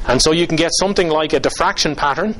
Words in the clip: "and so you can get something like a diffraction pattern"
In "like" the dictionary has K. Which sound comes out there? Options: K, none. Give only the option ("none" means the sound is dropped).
K